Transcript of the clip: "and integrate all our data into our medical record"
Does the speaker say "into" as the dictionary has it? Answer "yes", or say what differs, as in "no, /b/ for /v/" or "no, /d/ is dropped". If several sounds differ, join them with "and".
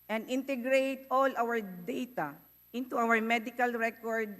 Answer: yes